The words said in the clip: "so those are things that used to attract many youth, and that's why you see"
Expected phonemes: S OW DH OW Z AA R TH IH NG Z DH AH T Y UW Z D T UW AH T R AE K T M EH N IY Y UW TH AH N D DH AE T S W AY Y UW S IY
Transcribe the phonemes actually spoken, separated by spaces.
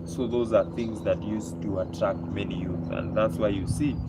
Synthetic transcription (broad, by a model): S OW DH OW Z AA R TH IH NG Z DH AH T Y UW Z T UW AH T R AE K T M EH N IY Y UW TH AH N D DH AE T S W AY Y UW S IY